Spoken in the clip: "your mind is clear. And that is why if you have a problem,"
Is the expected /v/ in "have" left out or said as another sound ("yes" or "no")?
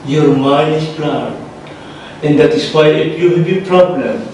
yes